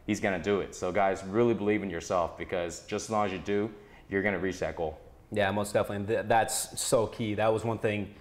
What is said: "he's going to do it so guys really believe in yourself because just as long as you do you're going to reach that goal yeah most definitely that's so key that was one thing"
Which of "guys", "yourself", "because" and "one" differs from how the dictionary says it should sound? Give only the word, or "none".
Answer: none